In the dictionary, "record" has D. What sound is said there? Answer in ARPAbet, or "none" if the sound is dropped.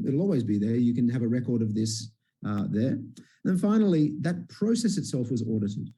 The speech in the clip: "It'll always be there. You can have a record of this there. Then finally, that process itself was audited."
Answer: D